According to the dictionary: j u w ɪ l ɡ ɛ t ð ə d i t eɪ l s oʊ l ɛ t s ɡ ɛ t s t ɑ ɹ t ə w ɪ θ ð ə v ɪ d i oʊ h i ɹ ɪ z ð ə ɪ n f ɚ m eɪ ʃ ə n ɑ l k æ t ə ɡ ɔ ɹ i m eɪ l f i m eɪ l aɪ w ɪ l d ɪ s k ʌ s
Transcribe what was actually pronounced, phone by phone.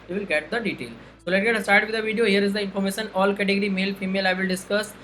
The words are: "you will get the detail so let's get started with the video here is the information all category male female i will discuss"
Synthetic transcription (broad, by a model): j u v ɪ l ɡ ɛ t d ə d i t eɪ l s oʊ l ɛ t ɡ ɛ t s t ɑ ɹ t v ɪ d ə v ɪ d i oʊ h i ɹ ɪ z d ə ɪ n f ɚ m eɪ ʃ ə n ɑ l k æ t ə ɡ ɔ ɹ i m eɪ l f i m eɪ l aɪ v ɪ l d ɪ s k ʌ s